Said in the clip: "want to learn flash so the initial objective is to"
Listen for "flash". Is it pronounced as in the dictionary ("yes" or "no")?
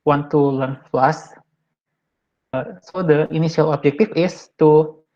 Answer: no